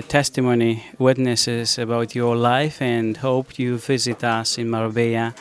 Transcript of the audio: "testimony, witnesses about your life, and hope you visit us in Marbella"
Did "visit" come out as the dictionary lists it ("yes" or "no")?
yes